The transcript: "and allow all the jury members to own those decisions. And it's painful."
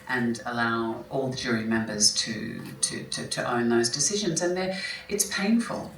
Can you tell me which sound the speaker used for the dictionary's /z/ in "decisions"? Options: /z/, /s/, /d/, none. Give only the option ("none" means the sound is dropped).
/z/